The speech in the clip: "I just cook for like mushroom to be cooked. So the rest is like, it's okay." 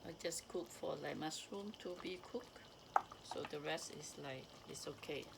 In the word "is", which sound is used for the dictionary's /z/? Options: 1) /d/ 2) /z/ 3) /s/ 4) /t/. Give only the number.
3